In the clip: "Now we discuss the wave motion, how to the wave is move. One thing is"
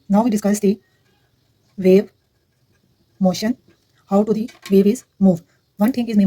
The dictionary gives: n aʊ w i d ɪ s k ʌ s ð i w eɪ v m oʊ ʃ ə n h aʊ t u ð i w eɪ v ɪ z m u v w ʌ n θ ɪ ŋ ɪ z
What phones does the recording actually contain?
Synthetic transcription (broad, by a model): n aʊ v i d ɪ s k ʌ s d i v eɪ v m oʊ ʃ ə n h aʊ t u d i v eɪ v ɪ z m u v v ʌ n t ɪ ŋ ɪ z